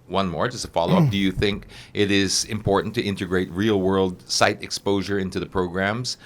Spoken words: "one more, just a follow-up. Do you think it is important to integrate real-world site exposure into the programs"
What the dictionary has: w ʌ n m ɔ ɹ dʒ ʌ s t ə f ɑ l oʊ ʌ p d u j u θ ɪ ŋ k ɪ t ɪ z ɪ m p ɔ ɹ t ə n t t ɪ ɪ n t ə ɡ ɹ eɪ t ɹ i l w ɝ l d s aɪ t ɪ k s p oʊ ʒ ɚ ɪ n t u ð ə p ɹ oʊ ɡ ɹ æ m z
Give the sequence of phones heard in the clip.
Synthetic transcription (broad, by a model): w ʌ n m ɔ ɹ dʒ ʌ s t ə f ɑ l oʊ ʌ p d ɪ j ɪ θ ɪ ŋ k ɪ t ɪ z ɪ m p ɔ ɹ t n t t ɪ ɪ n t ə ɡ ɹ eɪ t ɹ i l w ɝ l d s aɪ t ɪ k s p oʊ ʒ ɚ ɪ n t u ð ə p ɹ oʊ ɡ ɹ æ m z